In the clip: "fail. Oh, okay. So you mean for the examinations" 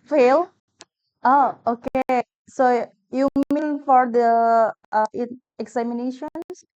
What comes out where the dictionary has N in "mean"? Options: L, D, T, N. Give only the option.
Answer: L